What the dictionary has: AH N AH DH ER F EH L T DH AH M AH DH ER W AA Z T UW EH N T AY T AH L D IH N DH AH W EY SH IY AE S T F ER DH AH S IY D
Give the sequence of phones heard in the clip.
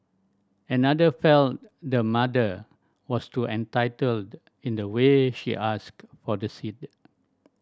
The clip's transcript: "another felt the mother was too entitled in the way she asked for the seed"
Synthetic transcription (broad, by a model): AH N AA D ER F EH L T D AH M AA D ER W AA S T UW EH N T AY T AH L D IH N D AH W EY SH IY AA S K F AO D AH S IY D